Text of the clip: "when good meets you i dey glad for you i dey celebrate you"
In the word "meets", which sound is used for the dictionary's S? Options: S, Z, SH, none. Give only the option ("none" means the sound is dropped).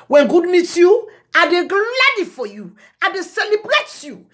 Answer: none